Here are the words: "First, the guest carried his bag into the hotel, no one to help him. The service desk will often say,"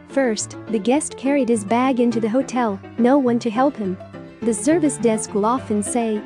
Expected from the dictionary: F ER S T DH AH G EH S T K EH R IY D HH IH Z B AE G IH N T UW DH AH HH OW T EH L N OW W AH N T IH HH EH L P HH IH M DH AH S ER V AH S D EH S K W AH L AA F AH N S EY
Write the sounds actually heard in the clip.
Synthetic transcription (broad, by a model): F ER S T DH AH G EH S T K EH R IY D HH IH Z B AE G IH N T UW DH AH HH OW T EH L N OW W AH N T IH HH EH L P HH IH M DH AH S ER V AH S D EH S K W AH L AA F AH N S EY